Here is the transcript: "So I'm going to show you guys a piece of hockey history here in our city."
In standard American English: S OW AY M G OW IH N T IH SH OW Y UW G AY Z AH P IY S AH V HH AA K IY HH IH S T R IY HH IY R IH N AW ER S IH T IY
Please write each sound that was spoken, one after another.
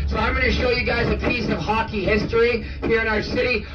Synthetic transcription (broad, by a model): S OW AY M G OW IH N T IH SH OW Y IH G AY Z AH P IY S AH V HH AA K IY HH IH S T R IY HH IY R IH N AW ER S IH T IY